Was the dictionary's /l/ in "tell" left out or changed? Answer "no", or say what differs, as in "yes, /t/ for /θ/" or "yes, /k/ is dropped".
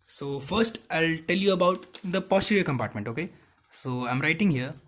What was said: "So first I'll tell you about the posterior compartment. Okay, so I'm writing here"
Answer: no